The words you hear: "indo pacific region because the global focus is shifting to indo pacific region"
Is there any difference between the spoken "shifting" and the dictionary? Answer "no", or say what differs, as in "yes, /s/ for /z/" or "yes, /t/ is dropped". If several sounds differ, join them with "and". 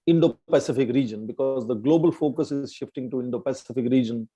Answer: no